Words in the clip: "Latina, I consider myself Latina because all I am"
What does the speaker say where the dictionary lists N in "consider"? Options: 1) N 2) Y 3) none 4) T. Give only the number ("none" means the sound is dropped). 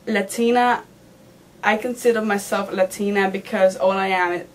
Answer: 1